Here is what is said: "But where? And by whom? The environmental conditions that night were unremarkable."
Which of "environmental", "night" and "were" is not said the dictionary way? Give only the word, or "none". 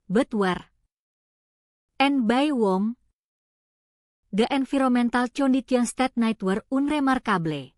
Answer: environmental